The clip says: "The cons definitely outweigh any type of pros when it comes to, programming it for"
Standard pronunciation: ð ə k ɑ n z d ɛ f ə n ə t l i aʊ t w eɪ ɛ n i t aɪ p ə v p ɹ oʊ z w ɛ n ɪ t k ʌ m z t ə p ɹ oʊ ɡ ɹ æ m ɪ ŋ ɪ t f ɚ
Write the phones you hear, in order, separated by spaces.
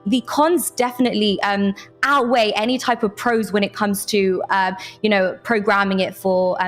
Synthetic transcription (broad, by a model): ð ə k ɑ n z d ɛ f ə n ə t l i aʊ t w eɪ ɛ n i t aɪ p ə v p ɹ oʊ z w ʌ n ɪ t k ʌ m z t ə p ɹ oʊ ɡ ɹ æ m ɪ ŋ ɪ t f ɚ